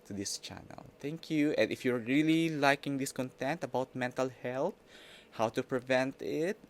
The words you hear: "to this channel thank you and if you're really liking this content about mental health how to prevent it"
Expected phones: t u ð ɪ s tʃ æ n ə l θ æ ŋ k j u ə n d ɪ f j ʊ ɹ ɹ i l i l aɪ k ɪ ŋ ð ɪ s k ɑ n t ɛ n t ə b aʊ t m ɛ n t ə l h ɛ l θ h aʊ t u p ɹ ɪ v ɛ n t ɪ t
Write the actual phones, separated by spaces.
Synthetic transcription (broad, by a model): t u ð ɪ s tʃ æ n ə l t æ ŋ k j u ə n d ɪ f j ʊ ɹ ɹ i l i l aɪ k ɪ ŋ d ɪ s k ɑ n t ɛ n t ə b aʊ t m ɛ n t ə l h ɛ l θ h aʊ t u p ɹ ɪ v ɛ n t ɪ t